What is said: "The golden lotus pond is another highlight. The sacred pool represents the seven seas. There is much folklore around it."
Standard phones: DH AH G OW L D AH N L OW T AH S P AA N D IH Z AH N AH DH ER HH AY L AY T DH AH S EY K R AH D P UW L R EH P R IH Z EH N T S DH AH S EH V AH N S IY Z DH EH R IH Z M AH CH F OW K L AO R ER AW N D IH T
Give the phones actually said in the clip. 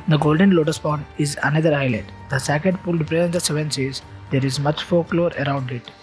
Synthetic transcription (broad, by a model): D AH G OW L D AH N L OW T AH S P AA N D IH Z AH N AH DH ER HH AY L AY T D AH S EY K AH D P UW L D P R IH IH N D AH S EH V AH N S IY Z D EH R IH Z M AH CH F OW K L AO R ER AW N D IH T